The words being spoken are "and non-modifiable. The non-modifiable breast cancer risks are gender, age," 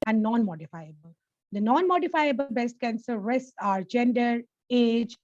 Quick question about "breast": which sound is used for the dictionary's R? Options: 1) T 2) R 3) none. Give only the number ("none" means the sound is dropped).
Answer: 3